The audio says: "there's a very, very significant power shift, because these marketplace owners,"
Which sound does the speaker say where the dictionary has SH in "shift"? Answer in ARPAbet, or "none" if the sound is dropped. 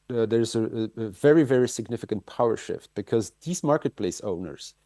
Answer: SH